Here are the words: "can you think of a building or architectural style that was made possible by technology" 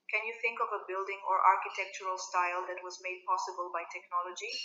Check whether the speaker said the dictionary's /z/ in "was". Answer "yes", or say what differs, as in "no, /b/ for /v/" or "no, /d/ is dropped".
yes